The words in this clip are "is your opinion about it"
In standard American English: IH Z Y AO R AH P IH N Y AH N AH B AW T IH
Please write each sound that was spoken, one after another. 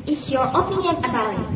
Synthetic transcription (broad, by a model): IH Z Y AO R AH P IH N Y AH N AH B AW IH